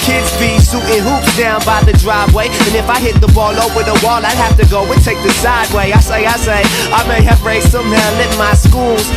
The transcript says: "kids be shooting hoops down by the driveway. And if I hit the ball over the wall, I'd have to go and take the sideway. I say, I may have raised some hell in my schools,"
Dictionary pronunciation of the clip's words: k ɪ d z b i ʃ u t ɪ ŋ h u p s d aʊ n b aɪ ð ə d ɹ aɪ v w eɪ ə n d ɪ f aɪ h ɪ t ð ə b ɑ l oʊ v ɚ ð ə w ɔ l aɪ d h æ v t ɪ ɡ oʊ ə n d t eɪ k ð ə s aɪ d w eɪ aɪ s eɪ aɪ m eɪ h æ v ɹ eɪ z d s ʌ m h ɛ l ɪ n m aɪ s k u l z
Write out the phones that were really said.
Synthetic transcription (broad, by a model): k ɪ d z b i s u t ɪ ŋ h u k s d aʊ n b aɪ ð ə d ɹ aɪ v w eɪ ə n ɪ f aɪ h ɪ t ð ə b ɑ l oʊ w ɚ ð ə w ɔ l aɪ d h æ f t ɪ ɡ oʊ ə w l t eɪ k ð ə s aɪ d w eɪ aɪ s eɪ aɪ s eɪ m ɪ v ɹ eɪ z s ʌ m h ɛ l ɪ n m aɪ s k u l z